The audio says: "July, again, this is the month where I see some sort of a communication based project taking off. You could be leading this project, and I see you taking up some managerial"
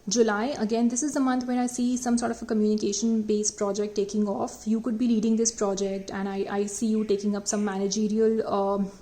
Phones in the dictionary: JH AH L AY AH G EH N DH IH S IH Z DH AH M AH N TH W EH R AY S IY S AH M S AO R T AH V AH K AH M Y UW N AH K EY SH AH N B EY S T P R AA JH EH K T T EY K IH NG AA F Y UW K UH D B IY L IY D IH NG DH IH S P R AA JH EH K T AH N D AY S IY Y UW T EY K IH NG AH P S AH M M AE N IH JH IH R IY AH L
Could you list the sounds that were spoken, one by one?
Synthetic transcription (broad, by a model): JH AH L AY AH G EH N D IH S IH Z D AH M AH N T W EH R AY S IY S AH M S AO R T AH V AH K AH M Y UW N AH K EY SH AH N B EY S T P R AA JH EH K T T EY K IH NG AA F Y UW K UH D B IY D IY D IH NG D IH S P R AA JH EH K T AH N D AY S IY Y UW T EY K IH NG AH P S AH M M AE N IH JH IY R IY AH L